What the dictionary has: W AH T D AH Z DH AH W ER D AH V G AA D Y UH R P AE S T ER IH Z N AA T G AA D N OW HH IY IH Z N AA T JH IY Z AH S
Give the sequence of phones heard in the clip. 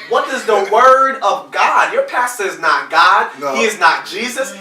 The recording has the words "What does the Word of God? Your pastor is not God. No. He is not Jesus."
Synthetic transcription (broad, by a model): W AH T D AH Z DH AH W ER D AH V G AA D Y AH R P AE S T ER IH Z N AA T G AA D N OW HH IY IH Z N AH T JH IY Z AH S